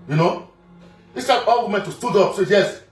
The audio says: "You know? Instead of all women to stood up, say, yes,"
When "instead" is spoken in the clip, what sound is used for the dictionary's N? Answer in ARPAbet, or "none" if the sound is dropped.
none